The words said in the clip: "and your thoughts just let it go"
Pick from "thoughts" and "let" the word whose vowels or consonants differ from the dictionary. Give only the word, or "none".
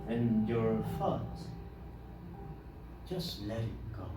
thoughts